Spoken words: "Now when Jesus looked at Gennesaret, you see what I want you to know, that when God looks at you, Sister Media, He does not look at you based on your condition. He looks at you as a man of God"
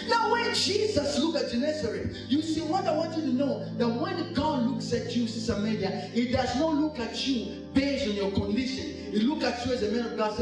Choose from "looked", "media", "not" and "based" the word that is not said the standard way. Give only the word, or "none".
looked